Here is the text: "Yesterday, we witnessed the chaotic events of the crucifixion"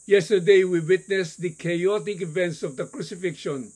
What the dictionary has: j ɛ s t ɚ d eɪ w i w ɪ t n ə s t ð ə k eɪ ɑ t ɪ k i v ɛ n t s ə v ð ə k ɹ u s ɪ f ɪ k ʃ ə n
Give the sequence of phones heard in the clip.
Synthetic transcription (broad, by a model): j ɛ s t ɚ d eɪ w i w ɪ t n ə s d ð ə k eɪ ɑ t ɪ k i v ɛ n t s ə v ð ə k ɹ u s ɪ f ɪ k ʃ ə n